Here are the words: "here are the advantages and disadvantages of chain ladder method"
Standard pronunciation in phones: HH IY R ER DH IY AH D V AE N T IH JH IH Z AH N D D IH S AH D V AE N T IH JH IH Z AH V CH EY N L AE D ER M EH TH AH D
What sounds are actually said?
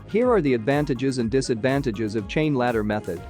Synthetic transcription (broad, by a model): HH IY R ER DH IY AH D V AE N T IH JH IH Z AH N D D IH S AH D V AE N T IH JH IH Z AH V CH EY N L AE D ER M EH TH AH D